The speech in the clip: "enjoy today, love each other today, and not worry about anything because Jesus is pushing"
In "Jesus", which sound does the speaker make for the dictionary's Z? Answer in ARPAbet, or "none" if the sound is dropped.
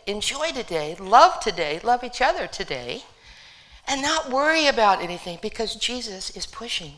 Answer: Z